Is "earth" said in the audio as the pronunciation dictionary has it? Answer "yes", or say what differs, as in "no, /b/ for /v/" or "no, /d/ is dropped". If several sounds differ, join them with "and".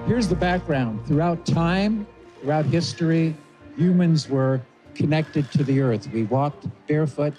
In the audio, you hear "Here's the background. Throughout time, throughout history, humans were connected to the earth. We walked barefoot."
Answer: yes